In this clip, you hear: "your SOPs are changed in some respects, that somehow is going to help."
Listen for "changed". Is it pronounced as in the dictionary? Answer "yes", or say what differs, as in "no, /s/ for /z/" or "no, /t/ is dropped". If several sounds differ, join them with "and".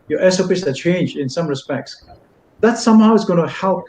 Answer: no, /d/ is dropped